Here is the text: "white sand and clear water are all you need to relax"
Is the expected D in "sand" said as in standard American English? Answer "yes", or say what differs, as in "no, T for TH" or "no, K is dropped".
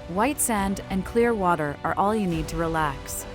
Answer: yes